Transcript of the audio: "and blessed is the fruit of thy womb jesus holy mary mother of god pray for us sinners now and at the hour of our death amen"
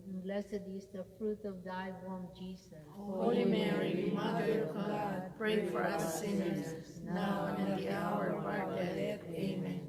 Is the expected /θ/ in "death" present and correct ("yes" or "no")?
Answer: no